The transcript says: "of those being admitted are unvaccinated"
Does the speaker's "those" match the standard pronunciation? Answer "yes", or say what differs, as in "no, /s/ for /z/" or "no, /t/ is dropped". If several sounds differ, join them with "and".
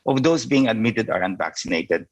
no, /s/ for /z/